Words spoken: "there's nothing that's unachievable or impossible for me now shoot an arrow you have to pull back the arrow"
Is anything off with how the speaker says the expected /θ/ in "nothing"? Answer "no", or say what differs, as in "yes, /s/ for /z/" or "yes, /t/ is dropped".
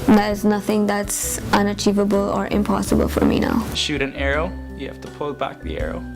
no